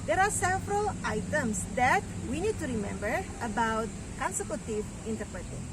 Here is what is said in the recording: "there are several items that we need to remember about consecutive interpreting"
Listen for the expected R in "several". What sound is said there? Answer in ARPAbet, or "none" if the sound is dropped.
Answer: R